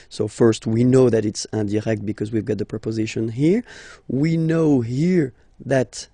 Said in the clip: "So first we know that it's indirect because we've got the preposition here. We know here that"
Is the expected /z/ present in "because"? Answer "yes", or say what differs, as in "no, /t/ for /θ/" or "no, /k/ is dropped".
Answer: yes